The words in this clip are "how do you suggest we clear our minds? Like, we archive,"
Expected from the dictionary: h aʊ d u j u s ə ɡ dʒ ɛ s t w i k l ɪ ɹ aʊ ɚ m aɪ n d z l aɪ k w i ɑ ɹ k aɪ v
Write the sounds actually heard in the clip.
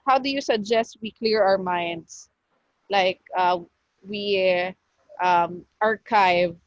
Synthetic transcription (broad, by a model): h aʊ d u j u s ə ɡ dʒ ɛ s t w i k l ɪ ɹ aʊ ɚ m aɪ n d s l aɪ k w i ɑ ɹ k aɪ v